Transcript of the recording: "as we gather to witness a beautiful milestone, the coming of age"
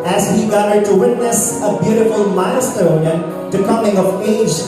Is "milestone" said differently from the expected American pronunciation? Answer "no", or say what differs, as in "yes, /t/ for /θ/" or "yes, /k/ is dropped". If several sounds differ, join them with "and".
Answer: yes, /l/ is dropped